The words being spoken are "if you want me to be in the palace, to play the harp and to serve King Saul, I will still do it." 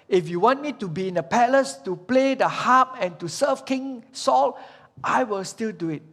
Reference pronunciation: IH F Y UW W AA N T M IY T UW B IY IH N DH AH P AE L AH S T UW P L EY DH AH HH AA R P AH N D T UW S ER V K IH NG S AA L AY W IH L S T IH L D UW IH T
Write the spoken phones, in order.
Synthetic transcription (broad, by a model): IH F Y UW W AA N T M IY T UW B IY IH N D AH P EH L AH S T UW P L EY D AH HH AA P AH N T UW S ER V K IH NG S AA L AY W IH L S T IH L D UW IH T